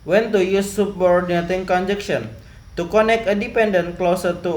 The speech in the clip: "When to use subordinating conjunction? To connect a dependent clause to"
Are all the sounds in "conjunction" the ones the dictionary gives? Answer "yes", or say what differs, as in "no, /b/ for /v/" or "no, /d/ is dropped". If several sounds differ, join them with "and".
no, /ŋ/ is dropped